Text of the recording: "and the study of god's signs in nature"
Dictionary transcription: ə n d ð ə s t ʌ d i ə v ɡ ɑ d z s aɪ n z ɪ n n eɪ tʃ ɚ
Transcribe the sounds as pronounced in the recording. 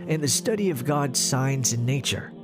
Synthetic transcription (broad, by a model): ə n ð ə s t ʌ d i ə v ɡ ɑ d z s aɪ n z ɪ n n eɪ tʃ ɚ